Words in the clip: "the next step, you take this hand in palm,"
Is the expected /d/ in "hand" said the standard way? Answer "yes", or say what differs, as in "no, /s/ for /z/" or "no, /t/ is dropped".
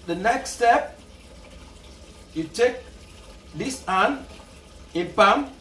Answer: no, /d/ is dropped